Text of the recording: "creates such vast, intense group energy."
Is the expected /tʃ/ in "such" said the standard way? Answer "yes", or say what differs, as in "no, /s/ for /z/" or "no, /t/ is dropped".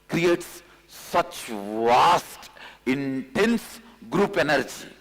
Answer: yes